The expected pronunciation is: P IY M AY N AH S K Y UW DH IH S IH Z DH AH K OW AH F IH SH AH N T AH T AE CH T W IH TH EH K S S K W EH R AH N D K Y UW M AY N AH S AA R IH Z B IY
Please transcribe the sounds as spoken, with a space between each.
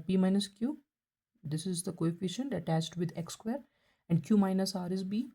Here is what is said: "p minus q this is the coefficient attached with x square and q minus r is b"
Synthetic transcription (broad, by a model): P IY M AY N AH S K Y UW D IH S IH Z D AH K OW AH F IH SH AH N T AH T AE CH T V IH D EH K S S K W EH R AH N D K Y UW M AY N AH S AA R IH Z B IY